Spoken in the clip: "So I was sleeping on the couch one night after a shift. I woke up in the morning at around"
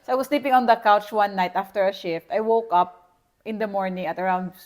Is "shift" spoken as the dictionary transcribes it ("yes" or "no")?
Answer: yes